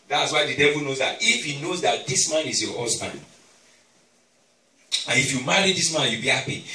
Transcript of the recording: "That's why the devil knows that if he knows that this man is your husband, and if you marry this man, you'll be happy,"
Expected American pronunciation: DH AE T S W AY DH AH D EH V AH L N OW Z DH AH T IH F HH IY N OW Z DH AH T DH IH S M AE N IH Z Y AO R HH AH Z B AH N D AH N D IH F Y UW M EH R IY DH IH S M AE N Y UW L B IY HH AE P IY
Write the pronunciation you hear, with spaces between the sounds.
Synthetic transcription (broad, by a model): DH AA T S W AY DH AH D EH V AH L N OW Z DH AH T IH F HH IY N OW Z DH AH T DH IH S M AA N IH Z Y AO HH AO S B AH N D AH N IH F Y UW M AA R IY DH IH S M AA N Y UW B IY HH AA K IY